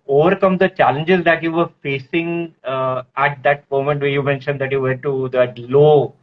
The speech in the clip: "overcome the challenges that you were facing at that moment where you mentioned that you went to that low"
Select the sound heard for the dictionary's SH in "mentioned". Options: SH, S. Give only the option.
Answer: SH